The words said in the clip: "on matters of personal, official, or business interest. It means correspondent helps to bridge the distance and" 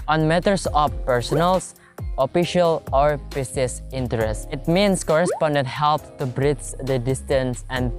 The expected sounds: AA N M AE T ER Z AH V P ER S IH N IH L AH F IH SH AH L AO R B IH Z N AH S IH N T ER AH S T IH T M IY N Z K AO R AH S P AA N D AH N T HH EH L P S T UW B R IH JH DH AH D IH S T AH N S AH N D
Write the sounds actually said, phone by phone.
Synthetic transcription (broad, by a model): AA N M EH T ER S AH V P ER S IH N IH L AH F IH SH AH L AO R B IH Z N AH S IH N T ER AH S T IH T M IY N S K AO R AH S P AA N D AH N T HH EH L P T UW B R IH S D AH D IH S T AH N S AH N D